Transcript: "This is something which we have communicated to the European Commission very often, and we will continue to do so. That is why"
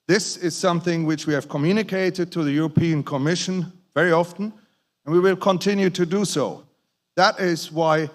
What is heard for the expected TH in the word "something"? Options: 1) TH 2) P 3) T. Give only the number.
1